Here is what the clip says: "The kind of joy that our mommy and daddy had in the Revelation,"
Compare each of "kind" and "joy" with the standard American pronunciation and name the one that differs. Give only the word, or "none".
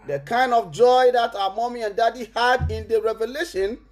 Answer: none